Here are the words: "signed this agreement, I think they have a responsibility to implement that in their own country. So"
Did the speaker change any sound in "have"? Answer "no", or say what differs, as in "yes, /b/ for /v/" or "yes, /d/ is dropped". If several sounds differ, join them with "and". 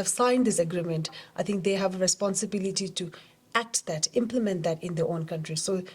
no